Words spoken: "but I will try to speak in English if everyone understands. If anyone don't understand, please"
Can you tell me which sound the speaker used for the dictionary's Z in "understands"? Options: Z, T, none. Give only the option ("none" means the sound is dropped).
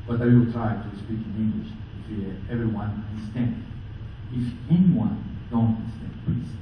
none